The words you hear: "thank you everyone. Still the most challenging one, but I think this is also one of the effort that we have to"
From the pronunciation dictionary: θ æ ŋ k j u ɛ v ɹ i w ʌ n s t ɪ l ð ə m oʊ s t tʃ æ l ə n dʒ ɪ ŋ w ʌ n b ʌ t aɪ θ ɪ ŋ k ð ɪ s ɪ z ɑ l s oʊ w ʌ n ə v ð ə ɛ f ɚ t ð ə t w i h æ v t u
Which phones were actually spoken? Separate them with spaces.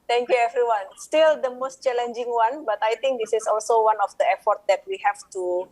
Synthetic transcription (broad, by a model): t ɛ ŋ k j u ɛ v ɹ i w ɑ n s t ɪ l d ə m oʊ s t tʃ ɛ l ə n dʒ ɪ ŋ w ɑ n b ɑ t aɪ t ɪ ŋ k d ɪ s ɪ s ɑ l s oʊ w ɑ n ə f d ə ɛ f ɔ t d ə t w i h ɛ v t u